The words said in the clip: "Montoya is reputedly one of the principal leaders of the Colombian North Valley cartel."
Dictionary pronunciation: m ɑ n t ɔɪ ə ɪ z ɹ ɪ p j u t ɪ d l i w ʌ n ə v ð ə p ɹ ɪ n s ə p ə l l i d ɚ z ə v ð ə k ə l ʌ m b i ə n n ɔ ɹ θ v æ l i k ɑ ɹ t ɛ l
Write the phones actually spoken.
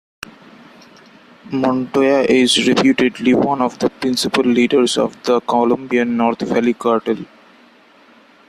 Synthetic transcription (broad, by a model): m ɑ n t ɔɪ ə ɪ z ɹ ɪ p j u t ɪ d l i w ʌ n ə v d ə p ɹ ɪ n s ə p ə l l i d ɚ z ə v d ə k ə l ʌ m b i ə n n ɔ ɹ t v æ l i k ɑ ɹ t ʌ l